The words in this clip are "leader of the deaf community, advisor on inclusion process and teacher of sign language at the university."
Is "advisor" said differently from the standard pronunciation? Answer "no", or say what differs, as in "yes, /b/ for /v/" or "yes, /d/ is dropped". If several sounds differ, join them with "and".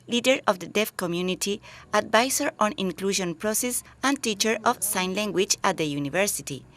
yes, /s/ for /z/